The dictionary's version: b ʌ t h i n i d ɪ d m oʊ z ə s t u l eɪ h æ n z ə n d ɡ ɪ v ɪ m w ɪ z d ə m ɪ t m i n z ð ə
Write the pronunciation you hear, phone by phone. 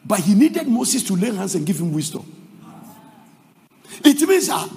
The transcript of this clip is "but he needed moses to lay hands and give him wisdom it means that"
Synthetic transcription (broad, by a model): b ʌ t h i n i d ɪ d m oʊ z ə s t u l eɪ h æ n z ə n ɡ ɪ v ɪ m w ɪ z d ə ɪ t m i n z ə